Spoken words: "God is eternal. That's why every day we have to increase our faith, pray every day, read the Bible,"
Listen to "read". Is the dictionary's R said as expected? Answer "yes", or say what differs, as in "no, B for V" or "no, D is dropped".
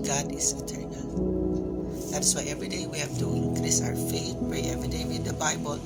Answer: no, W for R